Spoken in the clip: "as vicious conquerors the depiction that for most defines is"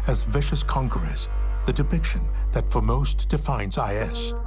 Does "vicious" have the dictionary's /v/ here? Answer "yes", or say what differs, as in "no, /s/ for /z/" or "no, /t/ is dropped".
yes